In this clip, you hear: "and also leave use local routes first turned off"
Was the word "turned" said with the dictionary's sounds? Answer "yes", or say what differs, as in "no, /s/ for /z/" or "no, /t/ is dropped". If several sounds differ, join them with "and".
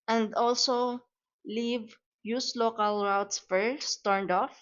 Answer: yes